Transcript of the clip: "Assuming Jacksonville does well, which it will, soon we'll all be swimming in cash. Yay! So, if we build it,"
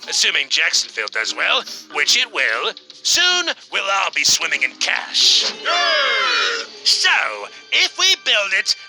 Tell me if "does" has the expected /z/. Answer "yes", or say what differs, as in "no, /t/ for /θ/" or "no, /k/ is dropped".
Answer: yes